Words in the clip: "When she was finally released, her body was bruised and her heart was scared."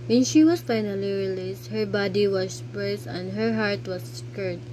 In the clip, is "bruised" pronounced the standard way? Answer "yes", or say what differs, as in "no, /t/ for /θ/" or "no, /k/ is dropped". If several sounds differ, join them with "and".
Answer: no, /ɹ/ is dropped